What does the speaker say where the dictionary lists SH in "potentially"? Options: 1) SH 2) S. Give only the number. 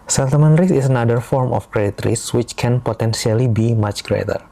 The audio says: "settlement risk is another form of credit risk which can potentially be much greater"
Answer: 2